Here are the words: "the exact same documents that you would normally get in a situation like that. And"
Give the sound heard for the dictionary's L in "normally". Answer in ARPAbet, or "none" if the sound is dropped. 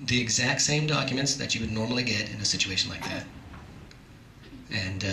L